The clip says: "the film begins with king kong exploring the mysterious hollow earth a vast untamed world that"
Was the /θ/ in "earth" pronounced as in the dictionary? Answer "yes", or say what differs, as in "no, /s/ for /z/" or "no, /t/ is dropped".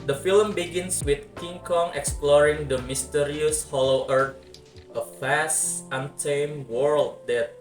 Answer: no, /t/ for /θ/